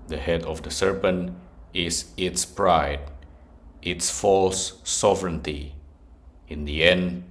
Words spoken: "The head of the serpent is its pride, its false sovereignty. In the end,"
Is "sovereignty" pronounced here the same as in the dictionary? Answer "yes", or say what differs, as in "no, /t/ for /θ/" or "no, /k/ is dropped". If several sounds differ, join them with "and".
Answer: yes